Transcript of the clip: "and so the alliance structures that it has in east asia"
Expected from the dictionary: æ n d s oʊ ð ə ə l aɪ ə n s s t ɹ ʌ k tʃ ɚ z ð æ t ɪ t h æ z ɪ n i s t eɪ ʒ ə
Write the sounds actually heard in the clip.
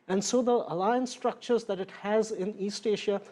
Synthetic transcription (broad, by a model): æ n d s oʊ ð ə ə l aɪ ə n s s t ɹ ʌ k tʃ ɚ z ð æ t ɪ t h æ z ɪ n i s t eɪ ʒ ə